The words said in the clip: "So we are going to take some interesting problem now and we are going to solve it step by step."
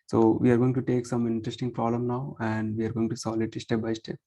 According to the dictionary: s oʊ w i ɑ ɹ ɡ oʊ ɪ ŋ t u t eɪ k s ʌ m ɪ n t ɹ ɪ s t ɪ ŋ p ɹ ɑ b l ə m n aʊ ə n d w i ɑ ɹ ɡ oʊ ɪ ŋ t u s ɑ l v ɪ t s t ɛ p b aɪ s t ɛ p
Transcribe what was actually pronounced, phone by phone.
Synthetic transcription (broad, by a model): s oʊ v i ɑ ɹ ɡ oʊ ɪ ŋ t u t eɪ k s ʌ m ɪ n t ɹ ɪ s t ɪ ŋ p ɹ ɑ b l ə m n aʊ ə n d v i ɑ ɹ ɡ oʊ ɪ ŋ t u s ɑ l ɪ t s t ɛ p b aɪ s t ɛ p